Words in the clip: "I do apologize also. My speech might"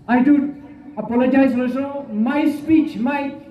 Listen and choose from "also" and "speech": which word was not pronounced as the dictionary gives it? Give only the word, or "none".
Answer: also